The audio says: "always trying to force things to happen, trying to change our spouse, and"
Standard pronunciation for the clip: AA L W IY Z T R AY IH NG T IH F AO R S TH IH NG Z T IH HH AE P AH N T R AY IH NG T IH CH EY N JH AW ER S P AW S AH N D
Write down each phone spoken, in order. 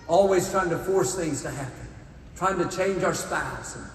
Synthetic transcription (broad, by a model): AA L W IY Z T R AY IH NG T IH F AO R S TH IH NG Z T IH HH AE P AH N T R AY IH NG T IH CH EY N JH AW ER S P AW AH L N